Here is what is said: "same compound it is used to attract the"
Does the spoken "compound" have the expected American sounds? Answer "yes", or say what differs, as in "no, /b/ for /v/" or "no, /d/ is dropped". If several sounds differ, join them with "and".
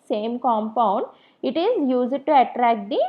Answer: yes